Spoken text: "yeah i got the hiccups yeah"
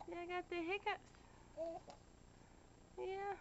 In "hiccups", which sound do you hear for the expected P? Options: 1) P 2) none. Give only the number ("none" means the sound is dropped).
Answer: 2